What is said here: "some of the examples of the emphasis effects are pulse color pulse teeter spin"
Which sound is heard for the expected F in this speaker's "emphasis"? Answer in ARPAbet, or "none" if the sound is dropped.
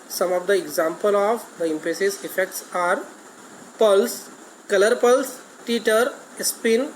P